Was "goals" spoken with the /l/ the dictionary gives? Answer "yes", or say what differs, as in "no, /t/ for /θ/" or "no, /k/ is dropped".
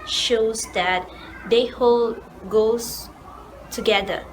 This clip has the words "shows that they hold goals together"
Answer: no, /l/ is dropped